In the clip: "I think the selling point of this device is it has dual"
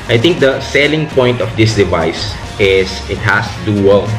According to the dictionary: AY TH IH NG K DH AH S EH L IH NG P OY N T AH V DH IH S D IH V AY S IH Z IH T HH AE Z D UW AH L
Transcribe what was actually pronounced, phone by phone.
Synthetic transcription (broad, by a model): AY T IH NG K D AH S EH L IH NG P OY N T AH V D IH S D IH V AY S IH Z IH T HH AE S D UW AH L